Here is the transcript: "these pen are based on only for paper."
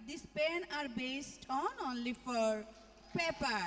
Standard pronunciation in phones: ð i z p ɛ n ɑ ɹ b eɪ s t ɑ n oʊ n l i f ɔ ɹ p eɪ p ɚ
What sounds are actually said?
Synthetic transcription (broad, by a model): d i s p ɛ n ɑ ɹ b eɪ s t ɑ n oʊ n l i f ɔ ɹ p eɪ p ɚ